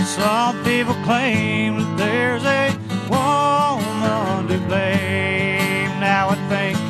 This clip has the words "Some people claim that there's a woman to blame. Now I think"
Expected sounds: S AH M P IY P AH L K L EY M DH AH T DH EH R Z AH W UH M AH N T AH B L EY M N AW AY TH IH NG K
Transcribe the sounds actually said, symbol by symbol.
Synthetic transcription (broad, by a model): S AH M P IY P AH L K L EY M DH AH T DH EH R Z AH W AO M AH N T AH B EY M N AW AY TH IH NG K